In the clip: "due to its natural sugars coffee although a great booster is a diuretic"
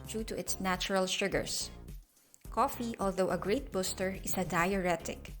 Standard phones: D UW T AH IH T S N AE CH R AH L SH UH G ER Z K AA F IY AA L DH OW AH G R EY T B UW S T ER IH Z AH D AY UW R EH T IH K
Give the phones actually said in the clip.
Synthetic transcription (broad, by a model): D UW T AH IH T S N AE CH R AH L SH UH G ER S K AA F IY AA L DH OW AH G R EY T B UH S T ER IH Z AH D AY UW R EH T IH K